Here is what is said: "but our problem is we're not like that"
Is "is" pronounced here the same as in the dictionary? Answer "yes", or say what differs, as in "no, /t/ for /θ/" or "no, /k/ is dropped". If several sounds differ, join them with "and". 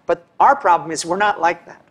yes